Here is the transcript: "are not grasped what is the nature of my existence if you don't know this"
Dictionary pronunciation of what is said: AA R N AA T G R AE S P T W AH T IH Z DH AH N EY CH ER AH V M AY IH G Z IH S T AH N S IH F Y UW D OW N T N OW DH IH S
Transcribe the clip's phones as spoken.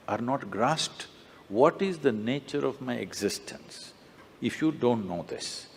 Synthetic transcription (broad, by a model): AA R N AA T G R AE S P T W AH T IH Z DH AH N EY CH ER AH V M AY IH G Z IH S T AH N S IH F Y UW D OW N T N OW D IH S